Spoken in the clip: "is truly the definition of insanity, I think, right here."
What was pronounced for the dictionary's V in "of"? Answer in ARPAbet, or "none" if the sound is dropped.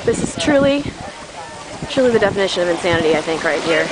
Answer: V